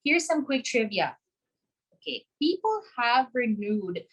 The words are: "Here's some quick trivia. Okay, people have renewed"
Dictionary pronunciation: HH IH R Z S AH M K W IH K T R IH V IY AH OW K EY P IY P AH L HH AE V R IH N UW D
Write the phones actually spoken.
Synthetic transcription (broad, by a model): HH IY R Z S AH M K W IH K T R IH V IY AH OW K EY P IY P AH L HH AE V R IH N UW D